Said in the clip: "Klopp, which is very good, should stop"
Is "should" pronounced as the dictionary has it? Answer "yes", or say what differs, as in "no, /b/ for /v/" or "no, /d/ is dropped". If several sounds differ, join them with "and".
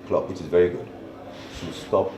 no, /s/ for /ʃ/